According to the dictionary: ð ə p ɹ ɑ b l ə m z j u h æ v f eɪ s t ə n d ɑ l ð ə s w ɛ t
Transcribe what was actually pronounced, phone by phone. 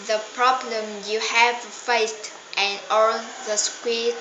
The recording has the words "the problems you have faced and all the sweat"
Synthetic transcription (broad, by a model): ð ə p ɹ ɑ b l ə m j u h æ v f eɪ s t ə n ɑ l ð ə s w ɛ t